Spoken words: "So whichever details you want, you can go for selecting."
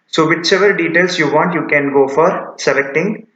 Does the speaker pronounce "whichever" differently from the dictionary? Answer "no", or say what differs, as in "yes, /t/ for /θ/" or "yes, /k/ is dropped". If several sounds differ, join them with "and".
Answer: yes, /s/ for /tʃ/